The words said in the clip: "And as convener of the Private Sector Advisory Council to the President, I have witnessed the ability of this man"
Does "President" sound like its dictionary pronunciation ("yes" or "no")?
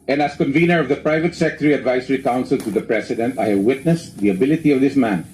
no